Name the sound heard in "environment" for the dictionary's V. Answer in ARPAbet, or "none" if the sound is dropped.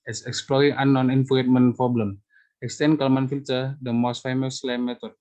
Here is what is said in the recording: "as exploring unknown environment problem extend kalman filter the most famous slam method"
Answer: F